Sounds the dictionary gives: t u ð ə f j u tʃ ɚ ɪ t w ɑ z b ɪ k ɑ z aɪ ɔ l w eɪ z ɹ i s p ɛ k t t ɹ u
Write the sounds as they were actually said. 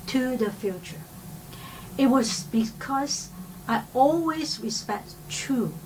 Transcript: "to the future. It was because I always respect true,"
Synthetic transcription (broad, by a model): t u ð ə f j u tʃ ɚ ɪ t w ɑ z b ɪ k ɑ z aɪ ɔ l w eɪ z ɹ i s p ɛ k t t ɹ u